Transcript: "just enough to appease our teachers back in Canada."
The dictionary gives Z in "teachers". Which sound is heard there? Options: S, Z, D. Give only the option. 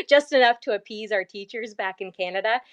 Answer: Z